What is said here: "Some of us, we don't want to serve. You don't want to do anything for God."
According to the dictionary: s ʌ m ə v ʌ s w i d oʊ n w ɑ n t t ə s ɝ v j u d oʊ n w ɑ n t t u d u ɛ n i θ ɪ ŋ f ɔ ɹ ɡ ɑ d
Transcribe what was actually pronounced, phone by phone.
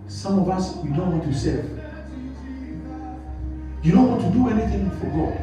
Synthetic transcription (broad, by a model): s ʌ m ə v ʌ s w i d oʊ n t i t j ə s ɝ f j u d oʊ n w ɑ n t t u d u ɛ n i θ ɪ ŋ f ɔ ɹ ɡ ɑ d